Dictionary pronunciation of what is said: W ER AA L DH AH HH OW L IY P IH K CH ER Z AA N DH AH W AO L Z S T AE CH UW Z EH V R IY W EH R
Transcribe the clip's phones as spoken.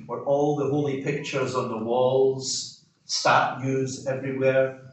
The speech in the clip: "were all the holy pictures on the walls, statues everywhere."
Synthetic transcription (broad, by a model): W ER AA L DH AH HH OW L IY P IH K CH ER Z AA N DH AH W AO L Z S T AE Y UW Z EH V R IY W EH R